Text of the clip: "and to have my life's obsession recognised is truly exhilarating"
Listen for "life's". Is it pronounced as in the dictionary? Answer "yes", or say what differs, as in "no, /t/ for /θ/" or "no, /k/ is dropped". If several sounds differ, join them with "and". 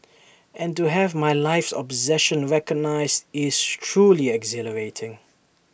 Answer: yes